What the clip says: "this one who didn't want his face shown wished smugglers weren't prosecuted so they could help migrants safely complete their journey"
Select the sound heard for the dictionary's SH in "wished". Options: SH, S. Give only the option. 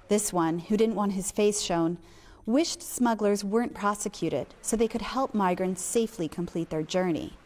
SH